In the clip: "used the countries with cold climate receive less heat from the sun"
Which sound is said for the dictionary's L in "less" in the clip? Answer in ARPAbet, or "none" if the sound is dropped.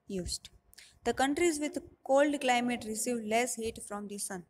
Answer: L